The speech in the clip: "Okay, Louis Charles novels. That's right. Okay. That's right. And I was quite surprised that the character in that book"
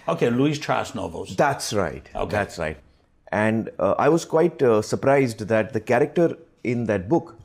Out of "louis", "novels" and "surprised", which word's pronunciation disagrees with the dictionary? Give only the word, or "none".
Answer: none